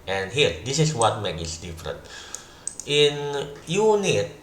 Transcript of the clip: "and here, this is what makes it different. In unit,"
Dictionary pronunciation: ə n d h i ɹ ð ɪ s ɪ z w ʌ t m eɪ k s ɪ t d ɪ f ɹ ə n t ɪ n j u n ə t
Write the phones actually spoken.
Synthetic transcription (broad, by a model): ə n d h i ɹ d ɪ s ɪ s w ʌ t m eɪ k ɪ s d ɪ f ɹ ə n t ɪ n j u n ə t